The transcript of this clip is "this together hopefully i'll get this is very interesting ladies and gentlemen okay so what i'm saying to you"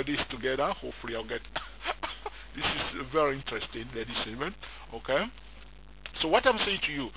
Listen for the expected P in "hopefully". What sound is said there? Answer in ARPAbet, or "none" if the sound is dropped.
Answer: none